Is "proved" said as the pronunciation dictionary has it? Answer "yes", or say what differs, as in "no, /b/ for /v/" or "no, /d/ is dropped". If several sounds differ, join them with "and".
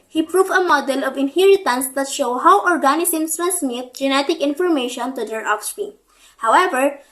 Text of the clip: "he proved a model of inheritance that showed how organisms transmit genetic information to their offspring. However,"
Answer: no, /d/ is dropped